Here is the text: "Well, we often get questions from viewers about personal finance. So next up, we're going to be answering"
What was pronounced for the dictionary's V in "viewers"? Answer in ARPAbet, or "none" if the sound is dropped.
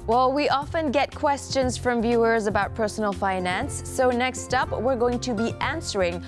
V